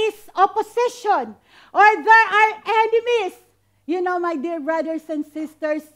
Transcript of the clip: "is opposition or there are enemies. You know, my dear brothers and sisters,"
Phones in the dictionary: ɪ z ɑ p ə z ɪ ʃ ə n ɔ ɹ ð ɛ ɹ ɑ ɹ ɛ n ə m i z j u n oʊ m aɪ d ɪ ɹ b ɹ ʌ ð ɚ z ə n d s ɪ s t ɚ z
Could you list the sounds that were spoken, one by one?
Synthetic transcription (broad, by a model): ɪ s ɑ p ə s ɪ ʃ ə n ɔ ɹ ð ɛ ɹ ɑ ɹ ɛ n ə m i s j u n oʊ m aɪ d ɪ ɹ b ɹ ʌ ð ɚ s ə n d s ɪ s t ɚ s